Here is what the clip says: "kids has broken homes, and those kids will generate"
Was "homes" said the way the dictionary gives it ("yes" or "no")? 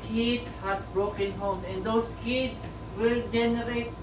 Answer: no